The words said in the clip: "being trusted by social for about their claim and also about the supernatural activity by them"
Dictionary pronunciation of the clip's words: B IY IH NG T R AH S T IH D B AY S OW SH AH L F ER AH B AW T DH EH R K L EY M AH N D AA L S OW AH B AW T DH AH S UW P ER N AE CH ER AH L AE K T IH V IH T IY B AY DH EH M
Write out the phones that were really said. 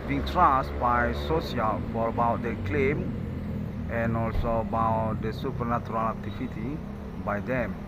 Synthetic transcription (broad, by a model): B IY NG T R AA S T B AY S OW S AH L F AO AH B AW T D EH K L EY M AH N AA L S OW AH B AW T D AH S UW P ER N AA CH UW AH L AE K T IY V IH T IY B AY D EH M